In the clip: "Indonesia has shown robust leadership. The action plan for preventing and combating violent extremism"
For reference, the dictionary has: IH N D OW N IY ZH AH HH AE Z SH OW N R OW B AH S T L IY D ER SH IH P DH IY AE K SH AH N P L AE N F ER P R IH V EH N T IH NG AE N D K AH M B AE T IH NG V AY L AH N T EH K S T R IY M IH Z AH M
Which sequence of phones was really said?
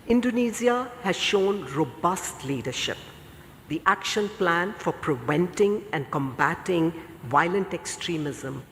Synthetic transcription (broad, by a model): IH N D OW N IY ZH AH HH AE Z SH OW N R OW B AH S T L IY D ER SH IH P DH IY AE K SH AH N P L AE N F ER P R IH V EH N T IH NG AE N D K AH M B AE T IH NG V AY L AH N T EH K S T R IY M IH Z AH M